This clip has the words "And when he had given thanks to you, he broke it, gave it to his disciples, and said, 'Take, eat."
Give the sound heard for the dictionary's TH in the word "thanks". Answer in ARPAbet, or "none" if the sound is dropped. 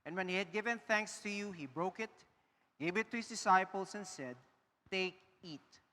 TH